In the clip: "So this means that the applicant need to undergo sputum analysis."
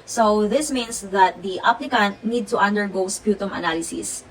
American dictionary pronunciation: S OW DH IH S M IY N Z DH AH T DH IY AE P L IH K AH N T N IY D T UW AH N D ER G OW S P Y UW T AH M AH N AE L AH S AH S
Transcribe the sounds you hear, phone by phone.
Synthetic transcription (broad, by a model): S OW DH IH S M IY N S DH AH T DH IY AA P L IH K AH N T N IY D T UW AH N D ER G OW S P Y UW T AH M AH N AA L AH S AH S